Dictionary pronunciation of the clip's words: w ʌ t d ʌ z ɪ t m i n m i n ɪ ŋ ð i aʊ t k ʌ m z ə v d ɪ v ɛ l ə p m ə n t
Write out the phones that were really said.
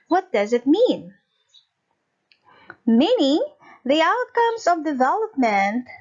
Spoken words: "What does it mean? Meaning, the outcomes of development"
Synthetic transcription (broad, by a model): w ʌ t d ʌ z ɪ t m i n m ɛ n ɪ ð i aʊ t k ʌ m z ə v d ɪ v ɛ l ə p m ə n t